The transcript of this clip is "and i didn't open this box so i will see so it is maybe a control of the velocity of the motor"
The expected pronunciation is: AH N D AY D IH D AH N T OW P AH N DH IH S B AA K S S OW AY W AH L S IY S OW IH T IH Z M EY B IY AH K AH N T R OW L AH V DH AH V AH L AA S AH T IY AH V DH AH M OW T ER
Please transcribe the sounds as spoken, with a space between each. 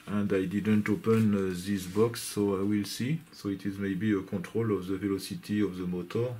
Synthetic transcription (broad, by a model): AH N D AY D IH D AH N T OW P AH N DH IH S B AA K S S OW AY W AH L S IY S OW IH T IH Z M EY B IY AH K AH T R OW L AH V DH AH V AH L AA S AH T IY AH V DH AH M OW T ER